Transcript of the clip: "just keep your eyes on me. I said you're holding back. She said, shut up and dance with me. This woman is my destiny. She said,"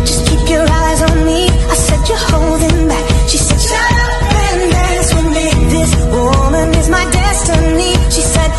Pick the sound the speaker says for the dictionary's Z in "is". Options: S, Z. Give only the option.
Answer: Z